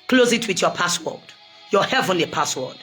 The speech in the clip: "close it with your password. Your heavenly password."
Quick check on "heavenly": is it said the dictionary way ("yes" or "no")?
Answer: yes